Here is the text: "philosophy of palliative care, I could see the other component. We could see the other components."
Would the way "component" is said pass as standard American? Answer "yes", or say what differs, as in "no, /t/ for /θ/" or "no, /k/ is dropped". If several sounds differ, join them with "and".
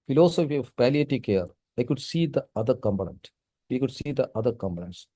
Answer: no, /b/ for /p/